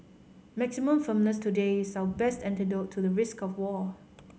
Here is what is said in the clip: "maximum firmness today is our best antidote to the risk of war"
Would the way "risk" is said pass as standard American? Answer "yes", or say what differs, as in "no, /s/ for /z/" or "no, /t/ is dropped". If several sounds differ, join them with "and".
yes